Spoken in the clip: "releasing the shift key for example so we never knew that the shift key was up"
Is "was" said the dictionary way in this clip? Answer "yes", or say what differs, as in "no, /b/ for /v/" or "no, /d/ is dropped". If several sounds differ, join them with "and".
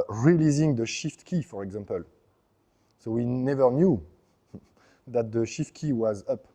yes